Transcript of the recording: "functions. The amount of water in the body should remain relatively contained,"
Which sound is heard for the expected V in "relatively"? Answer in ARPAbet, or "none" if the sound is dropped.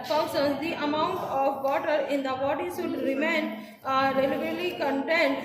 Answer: none